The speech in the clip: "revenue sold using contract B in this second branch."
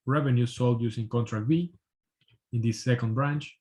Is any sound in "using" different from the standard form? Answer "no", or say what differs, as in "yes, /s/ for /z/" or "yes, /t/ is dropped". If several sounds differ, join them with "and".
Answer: yes, /s/ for /z/